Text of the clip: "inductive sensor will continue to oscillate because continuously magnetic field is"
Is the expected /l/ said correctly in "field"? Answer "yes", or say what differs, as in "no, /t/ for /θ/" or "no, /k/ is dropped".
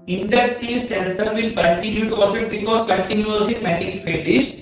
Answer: no, /l/ is dropped